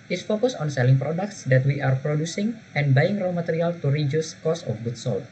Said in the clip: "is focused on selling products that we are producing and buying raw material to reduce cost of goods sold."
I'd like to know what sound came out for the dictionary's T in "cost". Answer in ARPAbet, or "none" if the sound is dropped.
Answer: none